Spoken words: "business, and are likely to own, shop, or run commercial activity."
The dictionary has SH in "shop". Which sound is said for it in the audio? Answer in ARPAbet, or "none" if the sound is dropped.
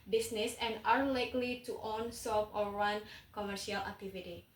S